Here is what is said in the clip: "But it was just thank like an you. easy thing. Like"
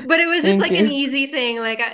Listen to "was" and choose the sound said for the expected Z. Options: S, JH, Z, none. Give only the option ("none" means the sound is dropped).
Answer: Z